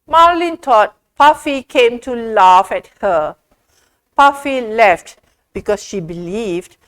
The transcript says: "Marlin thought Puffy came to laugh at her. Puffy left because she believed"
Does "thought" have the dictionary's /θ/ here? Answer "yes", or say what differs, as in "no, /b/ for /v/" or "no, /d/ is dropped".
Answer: no, /t/ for /θ/